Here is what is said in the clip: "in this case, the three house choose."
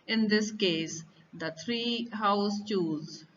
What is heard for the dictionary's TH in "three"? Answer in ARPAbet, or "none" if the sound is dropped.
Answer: T